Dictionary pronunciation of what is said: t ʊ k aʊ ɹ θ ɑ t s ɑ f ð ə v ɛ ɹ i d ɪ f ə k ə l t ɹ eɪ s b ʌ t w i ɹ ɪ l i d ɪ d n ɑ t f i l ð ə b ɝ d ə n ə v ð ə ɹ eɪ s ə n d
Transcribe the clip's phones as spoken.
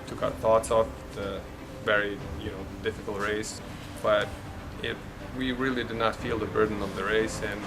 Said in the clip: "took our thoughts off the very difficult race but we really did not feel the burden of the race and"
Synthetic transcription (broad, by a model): t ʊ k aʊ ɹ θ ɑ t s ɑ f ð ə v ɛ ɹ i d ɪ f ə k l t ɹ eɪ s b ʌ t w i ɹ ɪ l i d ɪ d n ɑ t f i l ð ə b ɝ d n ə v ð ə ɹ eɪ s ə n